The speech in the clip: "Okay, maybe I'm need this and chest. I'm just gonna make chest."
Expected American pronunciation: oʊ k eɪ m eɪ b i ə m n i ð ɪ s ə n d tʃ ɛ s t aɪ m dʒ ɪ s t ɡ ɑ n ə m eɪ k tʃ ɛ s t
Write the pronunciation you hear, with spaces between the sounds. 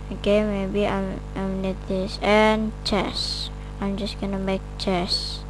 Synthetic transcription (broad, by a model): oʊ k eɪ m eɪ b i ə m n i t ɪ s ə n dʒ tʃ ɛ s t aɪ m dʒ ɪ s t ɡ ɑ n ə m eɪ k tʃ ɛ s